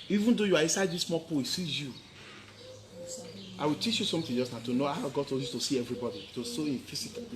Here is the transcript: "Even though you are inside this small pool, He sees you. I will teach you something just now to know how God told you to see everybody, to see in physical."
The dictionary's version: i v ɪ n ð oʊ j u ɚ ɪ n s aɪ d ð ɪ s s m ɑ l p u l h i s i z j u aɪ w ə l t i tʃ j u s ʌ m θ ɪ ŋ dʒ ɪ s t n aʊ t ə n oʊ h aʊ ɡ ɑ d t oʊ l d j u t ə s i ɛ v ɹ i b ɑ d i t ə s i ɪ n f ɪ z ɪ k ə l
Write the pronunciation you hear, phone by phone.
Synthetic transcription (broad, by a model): i v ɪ n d oʊ j u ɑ ɪ n s aɪ d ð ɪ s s m ɑ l p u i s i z j u aɪ w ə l t i tʃ j u s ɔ m t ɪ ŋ dʒ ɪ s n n t ə n oʊ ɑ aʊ ɡ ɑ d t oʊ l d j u t ə s i ɛ v ɹ i b ɑ d i t ə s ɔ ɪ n f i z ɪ k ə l